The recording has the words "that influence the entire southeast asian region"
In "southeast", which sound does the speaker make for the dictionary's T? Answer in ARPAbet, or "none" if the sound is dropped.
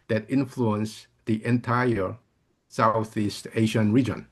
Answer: T